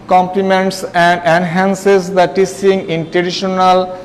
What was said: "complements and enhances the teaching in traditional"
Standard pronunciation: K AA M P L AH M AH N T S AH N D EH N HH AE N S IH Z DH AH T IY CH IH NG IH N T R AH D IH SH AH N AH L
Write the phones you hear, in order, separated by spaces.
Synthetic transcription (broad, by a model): K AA M P L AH M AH N T S AH N D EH N HH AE N S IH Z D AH T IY S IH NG IH N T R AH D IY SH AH N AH L